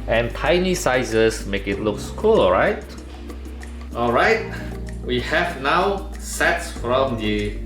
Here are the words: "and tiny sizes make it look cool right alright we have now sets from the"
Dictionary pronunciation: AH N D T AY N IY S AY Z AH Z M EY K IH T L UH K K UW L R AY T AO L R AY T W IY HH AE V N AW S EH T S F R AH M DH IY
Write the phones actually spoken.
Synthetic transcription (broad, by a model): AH N T AY N IY S AY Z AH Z M EY K IH T L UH K K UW L R AY T AO L R AY T W IY HH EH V N AW S EH T S F R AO M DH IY